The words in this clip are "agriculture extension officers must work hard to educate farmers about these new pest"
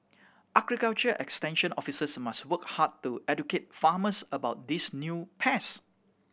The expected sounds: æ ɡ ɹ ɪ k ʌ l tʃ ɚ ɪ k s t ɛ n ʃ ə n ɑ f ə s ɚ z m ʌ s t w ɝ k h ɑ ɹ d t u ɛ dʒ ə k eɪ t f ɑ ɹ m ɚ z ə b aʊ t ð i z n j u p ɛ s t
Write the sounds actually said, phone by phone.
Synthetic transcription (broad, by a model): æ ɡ ɹ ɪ k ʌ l tʃ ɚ ɪ k s t ɛ n ʃ ə n ɑ f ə s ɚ s m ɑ s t w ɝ k h ɑ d t u ɛ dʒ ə k eɪ t f ɑ m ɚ s ə b aʊ t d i s n j u p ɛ s